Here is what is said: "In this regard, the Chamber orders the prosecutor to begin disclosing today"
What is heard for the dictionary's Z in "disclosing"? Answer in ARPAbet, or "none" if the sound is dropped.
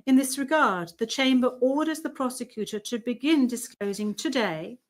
Z